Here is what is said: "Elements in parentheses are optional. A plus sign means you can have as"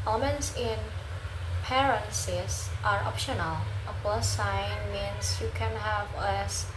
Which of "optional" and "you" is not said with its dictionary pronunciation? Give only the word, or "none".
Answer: none